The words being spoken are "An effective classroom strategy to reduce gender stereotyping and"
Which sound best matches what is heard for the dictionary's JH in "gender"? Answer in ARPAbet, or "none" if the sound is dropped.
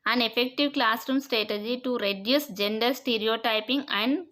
JH